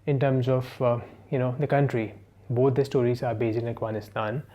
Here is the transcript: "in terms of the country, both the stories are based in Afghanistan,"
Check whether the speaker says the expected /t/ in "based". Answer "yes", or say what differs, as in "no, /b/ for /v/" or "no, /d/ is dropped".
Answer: no, /t/ is dropped